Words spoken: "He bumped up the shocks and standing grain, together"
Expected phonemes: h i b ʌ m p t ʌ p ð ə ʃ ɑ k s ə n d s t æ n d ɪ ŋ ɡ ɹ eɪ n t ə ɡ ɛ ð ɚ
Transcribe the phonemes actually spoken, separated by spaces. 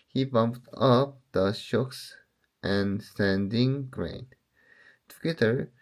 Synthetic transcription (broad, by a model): h i b ʌ m p t ʌ p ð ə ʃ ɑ k s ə n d s t æ n d ɪ ŋ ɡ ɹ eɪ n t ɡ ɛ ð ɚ